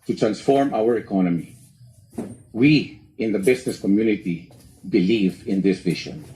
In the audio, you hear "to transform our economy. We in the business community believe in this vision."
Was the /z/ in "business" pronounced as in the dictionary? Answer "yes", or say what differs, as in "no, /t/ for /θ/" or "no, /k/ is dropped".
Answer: no, /s/ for /z/